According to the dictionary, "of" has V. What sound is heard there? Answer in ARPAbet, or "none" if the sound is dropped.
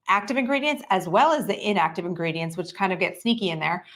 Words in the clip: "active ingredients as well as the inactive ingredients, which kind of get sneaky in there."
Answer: V